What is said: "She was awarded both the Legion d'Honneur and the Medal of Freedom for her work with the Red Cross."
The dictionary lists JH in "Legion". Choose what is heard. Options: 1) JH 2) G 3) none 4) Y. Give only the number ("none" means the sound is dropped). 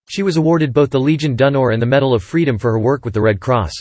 1